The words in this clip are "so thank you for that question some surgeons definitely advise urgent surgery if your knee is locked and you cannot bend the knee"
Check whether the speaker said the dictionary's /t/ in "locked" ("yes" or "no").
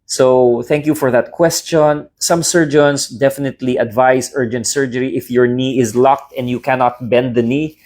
yes